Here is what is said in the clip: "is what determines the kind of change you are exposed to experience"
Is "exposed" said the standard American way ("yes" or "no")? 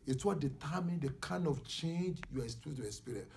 no